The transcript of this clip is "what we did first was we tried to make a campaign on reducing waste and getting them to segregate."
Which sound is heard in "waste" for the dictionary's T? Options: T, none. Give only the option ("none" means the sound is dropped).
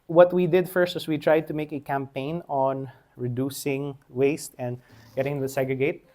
T